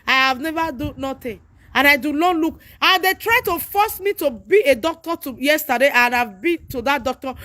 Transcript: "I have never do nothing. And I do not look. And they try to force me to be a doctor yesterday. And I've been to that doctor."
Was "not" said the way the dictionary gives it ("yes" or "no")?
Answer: no